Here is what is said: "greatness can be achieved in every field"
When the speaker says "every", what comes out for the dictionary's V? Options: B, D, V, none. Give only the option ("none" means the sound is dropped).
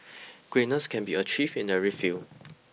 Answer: none